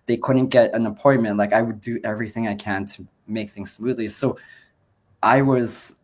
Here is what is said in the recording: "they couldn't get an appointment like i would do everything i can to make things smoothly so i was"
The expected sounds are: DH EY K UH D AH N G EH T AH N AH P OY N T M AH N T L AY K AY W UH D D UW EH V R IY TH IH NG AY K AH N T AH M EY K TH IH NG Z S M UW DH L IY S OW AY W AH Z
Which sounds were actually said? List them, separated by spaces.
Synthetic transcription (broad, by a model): DH EY K UH D N G EH T AH N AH P OY N M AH N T L AY K AY W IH D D EH V R IY TH IH NG AY K AH N T AH M EY K TH IH NG Z S M UW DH L IY S OW AY W AH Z